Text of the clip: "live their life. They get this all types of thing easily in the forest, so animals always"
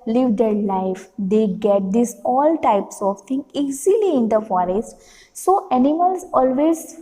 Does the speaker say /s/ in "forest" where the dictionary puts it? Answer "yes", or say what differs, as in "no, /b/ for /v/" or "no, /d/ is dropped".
yes